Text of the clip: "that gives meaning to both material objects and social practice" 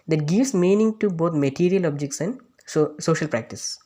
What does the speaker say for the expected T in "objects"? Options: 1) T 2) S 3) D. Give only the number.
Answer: 1